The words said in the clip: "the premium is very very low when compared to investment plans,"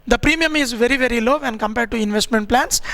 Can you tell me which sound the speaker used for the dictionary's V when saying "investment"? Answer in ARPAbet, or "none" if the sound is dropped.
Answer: V